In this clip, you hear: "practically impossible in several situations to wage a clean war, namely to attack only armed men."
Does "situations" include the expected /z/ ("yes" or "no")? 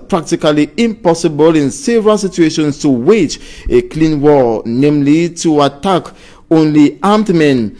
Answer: no